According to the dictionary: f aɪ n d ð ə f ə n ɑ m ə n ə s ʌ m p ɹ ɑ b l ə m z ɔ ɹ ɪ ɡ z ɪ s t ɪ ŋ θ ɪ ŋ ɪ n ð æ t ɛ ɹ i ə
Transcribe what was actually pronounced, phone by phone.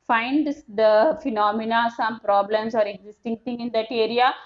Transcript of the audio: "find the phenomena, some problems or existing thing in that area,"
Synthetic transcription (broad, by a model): f aɪ n d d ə f ə n ɑ m ə n ə s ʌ m p ɹ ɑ b l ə m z ɔ ɹ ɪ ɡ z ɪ s t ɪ ŋ t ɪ ŋ ɪ n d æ t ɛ ɹ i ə